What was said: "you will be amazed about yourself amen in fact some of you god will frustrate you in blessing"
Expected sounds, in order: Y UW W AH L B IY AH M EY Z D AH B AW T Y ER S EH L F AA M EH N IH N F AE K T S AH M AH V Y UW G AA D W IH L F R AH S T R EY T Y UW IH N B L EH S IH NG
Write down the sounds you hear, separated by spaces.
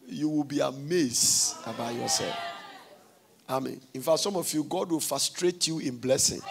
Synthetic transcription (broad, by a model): Y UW W AH L B IY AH M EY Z AH B AW T Y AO S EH L F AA M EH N IH N F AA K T S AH M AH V Y UW G AA D W IH L F R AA S T R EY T Y UW IH N B L EH S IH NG